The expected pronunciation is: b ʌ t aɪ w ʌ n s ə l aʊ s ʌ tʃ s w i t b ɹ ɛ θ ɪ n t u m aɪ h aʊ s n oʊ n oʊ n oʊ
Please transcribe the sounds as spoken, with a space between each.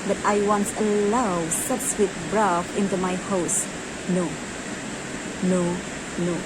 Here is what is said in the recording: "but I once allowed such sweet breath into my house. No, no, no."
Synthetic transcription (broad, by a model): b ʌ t aɪ w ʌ n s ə l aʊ s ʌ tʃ s w i t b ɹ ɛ f ɪ n t u m aɪ h aʊ s n oʊ n oʊ n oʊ